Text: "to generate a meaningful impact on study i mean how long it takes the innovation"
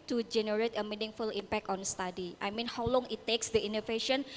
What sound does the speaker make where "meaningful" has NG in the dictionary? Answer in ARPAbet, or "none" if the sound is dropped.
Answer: NG